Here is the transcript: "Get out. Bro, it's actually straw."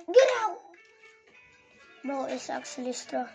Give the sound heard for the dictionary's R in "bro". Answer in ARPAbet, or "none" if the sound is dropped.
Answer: none